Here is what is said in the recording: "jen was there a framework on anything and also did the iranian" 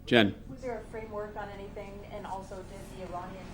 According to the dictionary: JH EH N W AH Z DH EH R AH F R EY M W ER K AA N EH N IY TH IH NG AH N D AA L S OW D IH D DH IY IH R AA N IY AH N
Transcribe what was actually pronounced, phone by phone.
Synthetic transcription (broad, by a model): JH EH N W AH Z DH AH R AH F R EY M W ER K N EH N IY TH IH NG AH N AA L S OW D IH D DH IY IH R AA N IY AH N